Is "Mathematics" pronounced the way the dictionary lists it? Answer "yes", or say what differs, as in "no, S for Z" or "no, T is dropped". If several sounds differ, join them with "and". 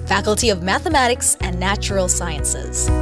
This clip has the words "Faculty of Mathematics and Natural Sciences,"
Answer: yes